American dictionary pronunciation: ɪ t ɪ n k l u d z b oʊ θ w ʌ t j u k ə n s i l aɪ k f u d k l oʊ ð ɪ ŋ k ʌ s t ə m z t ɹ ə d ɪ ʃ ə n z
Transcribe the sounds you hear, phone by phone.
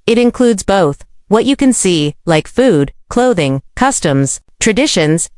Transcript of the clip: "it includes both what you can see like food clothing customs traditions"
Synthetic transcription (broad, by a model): ɪ t ɪ n k l u d z b oʊ θ w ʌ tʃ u k ə n s i l aɪ k f u d k l oʊ ð ɪ ŋ k ʌ s t ə m z t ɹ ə d ɪ ʃ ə n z